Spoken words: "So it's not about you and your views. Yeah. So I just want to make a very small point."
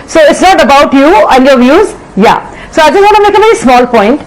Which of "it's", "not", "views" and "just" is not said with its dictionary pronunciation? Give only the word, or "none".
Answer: none